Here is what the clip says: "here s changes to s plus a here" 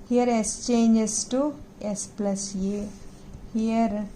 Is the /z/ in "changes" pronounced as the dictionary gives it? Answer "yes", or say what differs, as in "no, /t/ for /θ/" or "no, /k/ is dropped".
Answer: no, /s/ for /z/